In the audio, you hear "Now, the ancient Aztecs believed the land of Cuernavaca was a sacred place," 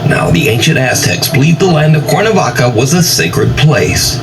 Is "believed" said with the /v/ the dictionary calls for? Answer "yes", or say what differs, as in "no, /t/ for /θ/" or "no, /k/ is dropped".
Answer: no, /v/ is dropped